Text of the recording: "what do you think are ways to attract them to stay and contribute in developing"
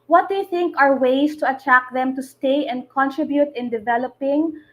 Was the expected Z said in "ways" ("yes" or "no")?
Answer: no